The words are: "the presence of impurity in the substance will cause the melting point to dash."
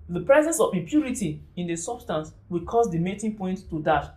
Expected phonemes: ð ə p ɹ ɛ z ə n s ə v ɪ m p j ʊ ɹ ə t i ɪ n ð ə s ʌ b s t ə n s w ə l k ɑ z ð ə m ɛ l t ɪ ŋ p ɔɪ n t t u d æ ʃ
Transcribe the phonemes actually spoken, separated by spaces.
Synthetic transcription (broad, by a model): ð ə p ɹ ɛ z ə n s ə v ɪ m p j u ɹ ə t i ɪ n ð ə s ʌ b s t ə n s w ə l k ɑ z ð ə m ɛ t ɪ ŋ p ɔɪ n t t u d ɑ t